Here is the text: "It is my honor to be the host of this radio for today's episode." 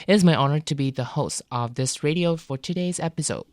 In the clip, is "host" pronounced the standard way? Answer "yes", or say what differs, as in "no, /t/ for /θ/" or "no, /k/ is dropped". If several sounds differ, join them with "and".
yes